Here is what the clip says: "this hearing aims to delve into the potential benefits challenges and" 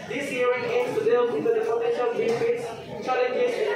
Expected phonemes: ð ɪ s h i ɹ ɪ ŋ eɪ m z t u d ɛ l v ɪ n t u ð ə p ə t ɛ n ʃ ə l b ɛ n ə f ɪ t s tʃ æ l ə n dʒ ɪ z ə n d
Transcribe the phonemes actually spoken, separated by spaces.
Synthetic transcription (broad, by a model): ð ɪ s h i ɹ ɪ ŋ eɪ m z t u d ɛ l w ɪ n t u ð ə f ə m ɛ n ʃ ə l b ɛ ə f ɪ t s tʃ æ l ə n dʒ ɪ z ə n